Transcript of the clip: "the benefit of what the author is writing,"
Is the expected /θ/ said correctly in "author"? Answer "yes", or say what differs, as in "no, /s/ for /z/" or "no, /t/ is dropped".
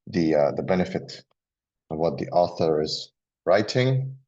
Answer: yes